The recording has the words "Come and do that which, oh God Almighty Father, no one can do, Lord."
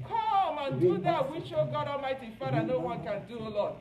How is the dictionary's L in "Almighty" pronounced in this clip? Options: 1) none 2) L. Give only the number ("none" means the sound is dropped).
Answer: 1